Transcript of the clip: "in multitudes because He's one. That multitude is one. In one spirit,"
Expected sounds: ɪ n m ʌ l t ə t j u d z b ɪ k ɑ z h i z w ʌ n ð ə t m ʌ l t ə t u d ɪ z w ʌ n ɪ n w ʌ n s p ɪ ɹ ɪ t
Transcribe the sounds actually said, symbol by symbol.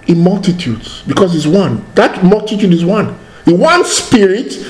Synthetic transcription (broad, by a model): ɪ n m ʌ l t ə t j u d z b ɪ k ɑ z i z w ʌ n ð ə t m ʌ l t ə t u d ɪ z w ʌ n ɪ w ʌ n s p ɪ ɹ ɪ t